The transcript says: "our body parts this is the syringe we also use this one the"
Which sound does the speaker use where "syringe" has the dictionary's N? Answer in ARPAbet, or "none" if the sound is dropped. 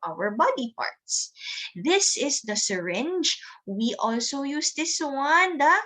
N